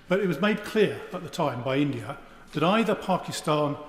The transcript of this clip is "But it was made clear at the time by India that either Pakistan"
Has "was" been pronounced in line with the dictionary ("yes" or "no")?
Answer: yes